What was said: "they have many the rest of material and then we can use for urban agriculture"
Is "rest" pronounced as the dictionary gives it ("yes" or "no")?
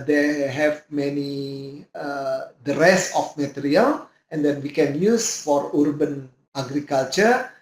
no